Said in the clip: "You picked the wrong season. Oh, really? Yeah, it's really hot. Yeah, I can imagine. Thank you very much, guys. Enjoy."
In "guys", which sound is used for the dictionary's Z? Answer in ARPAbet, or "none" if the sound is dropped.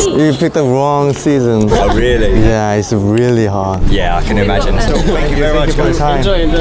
none